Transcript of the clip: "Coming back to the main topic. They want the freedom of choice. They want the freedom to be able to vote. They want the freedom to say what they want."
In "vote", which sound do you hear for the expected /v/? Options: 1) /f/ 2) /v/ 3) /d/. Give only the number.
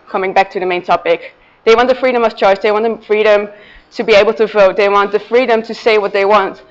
2